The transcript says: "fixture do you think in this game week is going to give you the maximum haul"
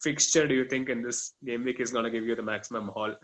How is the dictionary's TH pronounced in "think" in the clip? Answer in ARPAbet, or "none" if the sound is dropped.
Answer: T